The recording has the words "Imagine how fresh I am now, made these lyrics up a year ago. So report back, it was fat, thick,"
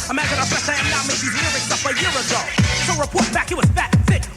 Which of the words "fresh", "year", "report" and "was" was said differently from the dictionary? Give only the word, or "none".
fresh